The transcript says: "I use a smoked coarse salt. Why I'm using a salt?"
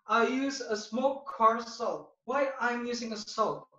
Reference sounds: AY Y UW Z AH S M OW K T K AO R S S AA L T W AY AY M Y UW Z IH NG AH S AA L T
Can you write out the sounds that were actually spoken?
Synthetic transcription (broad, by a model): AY Y UW Z AH S M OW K K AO R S S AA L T W AY AY M Y UW Z IH NG AH S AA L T